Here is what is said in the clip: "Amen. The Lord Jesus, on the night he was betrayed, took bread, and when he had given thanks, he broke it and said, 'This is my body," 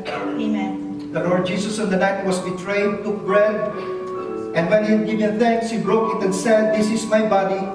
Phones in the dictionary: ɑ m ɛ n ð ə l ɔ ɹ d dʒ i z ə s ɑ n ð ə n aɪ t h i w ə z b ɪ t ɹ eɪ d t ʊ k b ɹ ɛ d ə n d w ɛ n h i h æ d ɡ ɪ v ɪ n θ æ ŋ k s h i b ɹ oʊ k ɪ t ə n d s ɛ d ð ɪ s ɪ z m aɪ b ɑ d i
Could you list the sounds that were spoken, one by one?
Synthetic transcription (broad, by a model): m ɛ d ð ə l ɔ ɹ d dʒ i s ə s ɑ n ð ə n aɪ t w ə s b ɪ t ɹ eɪ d t ʊ k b ɹ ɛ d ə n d w ɛ n h i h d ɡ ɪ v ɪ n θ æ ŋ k s h i b ɹ oʊ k ɪ t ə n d s ɛ d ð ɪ s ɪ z m aɪ b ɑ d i